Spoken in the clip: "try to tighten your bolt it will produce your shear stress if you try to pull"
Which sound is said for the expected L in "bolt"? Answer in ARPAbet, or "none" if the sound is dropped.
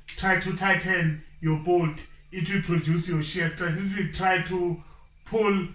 none